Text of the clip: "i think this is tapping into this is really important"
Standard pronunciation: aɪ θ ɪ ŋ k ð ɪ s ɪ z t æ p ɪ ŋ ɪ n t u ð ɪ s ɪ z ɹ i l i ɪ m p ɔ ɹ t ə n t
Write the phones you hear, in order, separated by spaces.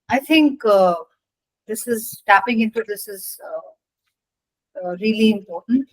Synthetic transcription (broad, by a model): aɪ t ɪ ŋ k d ɪ s ɪ z t æ p ɪ ŋ ɪ n t u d ɪ s ɪ z ɹ i l i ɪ m p ɔ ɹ t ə n t